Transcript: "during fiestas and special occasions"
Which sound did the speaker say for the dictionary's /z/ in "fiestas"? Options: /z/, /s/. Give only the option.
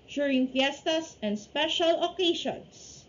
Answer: /s/